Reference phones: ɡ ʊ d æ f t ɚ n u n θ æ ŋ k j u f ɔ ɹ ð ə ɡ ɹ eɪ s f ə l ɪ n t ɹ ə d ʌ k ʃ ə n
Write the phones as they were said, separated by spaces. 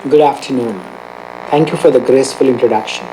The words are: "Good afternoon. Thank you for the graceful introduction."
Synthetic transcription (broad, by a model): ɡ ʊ d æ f t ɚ n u n t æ ŋ k j u f ɔ ɹ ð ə ɡ ɹ eɪ s f ə l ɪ n t ɹ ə d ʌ k ʃ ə n